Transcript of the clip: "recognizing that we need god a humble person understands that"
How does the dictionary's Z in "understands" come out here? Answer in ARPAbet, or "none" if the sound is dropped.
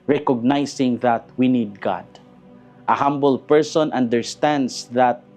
S